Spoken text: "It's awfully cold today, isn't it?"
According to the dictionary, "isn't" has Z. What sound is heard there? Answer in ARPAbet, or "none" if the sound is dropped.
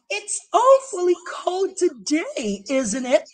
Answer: Z